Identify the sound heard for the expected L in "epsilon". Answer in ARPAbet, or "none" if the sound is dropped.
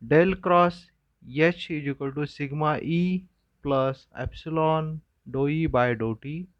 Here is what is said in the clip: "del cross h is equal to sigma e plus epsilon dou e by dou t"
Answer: L